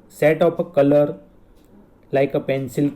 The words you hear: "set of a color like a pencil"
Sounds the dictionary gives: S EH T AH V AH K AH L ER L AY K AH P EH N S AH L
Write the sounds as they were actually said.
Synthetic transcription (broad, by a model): S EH T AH P AH K AH L ER L AY K AH P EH N S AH L